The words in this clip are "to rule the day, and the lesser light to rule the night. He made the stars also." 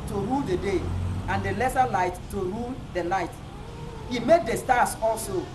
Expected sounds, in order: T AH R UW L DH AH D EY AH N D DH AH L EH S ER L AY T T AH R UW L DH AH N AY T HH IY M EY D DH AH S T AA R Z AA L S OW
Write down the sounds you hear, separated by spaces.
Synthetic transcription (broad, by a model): T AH R UW L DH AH D EY AH N D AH L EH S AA L AY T T AH R UW L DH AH L AY T HH IY M EY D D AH S T AA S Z AA L S OW